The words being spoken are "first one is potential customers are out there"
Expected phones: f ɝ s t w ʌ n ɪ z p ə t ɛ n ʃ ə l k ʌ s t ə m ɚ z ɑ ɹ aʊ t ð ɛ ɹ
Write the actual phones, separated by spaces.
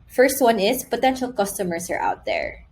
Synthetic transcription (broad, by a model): f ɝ s t w ʌ n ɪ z p ə t ɛ n ʃ ə l k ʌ s t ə m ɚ s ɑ ɹ aʊ t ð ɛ ɹ